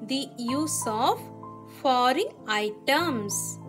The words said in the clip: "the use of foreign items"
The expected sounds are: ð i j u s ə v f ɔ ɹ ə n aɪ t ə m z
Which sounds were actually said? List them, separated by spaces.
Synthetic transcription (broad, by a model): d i j u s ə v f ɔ ɹ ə aɪ t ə m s